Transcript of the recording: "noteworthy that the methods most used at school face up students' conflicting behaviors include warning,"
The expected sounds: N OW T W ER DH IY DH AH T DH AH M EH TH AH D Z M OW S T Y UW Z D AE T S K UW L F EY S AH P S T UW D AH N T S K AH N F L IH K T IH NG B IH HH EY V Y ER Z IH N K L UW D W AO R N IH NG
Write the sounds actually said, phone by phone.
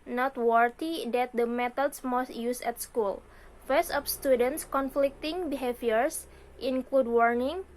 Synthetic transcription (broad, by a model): N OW T W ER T IY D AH T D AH M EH T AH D S M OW S T Y UW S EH T S K UW L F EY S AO F S T UW D AH N T S K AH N F L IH K T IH NG B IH HH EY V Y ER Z IH N K L UW D W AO R N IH NG